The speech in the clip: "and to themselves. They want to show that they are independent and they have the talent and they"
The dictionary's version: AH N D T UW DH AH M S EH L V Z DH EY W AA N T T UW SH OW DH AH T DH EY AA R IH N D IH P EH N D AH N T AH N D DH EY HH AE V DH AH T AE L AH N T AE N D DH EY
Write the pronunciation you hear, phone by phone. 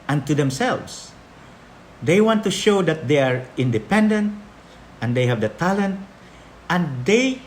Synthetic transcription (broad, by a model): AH N T UW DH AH M S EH L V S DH EY W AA N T T UW SH OW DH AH T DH EY AA R IH N D IH P EH N D AH N T AH N D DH EY HH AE V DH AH T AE L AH N T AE N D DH EY